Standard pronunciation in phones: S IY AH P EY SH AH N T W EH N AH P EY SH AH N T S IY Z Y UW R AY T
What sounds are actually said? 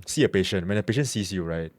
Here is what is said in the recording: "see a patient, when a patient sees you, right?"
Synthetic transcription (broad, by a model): S IY AH P EY SH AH N W EH N AH P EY SH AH N S IY S Y UW R AY T